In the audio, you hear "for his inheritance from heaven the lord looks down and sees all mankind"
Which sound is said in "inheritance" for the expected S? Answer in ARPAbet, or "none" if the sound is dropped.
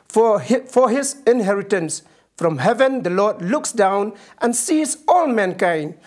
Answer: S